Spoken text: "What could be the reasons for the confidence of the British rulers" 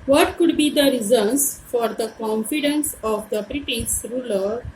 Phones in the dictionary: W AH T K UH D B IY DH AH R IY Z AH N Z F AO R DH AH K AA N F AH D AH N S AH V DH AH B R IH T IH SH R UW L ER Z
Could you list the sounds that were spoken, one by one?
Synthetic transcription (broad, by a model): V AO T K UH D B IY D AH R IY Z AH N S F AO R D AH K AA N F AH D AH N S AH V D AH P R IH T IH S R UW L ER